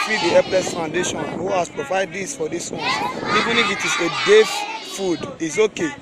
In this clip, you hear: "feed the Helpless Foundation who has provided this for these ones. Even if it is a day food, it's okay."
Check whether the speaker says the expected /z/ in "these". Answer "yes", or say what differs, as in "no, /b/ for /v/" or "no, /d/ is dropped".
no, /s/ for /z/